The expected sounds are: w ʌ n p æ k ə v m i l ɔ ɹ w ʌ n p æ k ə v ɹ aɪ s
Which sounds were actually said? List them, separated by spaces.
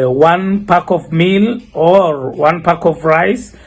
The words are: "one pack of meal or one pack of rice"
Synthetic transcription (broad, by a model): w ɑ n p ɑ k ə v m i l ɔ ɹ w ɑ n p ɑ k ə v ɹ aɪ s